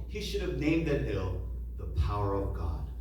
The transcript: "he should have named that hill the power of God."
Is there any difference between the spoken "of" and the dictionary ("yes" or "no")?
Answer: no